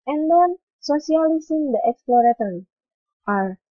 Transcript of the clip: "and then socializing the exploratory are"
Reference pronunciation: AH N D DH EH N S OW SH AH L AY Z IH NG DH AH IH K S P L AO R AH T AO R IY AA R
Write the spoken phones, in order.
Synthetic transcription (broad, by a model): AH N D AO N S OW S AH L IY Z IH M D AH IH K S P L AO R AH T AO R IY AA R